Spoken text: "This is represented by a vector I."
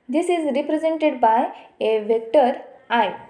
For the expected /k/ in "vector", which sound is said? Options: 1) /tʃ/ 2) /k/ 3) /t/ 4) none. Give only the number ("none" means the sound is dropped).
2